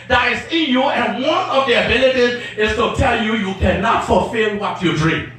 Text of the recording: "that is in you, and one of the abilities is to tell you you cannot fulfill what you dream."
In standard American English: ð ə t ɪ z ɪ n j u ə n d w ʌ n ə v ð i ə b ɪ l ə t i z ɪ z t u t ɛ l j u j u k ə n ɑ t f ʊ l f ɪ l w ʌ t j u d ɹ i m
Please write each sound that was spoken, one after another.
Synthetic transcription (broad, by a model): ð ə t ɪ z ɪ n j u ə n w ʌ n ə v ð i ə b ɪ l ə t i z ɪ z t u t ɛ l j u j u k ə n ɑ t f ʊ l f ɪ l w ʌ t j u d ɹ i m